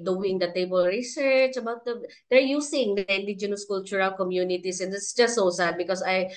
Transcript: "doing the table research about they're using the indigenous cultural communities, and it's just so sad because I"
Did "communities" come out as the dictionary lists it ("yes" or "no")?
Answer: no